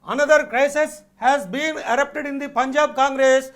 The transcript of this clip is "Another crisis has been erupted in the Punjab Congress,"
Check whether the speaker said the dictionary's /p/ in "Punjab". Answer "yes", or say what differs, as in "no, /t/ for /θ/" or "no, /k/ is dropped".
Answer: yes